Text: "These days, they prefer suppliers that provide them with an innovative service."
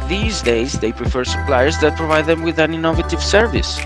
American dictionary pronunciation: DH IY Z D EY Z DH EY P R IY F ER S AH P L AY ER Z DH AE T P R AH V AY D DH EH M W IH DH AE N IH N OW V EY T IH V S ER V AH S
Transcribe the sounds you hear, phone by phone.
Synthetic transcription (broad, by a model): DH IY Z D EY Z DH EY P R IY F ER S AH P L AY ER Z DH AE T P R AH V AY D DH EH M W IH DH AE N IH N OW V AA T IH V S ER V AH S